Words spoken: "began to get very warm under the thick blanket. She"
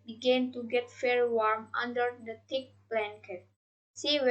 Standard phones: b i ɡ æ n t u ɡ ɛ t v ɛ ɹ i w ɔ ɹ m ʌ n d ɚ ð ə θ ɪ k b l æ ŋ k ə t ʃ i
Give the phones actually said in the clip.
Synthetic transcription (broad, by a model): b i ɡ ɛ n t u ɡ ɛ t f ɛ ɹ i w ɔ ɹ m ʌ n d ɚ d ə t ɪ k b l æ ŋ k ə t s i